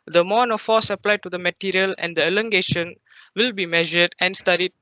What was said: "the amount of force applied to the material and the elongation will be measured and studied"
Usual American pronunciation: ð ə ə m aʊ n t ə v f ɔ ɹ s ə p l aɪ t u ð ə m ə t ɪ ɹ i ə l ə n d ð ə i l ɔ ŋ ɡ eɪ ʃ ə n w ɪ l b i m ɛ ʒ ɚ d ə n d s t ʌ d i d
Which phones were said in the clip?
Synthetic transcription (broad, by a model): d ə ə m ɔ n ə f f ɔ s ə p l aɪ t u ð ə m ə t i ɹ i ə l ə n d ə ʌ l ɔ ŋ ɡ eɪ ʃ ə n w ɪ l b i m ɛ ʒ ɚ d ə n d s t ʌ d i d